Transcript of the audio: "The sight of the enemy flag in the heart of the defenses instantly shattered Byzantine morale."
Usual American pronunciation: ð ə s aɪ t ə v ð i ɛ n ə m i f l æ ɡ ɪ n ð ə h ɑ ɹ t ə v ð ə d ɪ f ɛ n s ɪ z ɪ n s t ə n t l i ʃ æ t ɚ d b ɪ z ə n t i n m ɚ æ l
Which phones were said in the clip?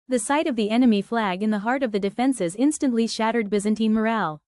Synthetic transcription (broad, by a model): ð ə s aɪ t ə v ð i ɛ n ə m i f l æ ɡ ɪ n ð ə h ɑ ɹ t ə v ð ə d ɪ f ɛ n s ɪ z ɪ n s t ə n t l i ʃ æ t ɚ d b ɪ z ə n t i m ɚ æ l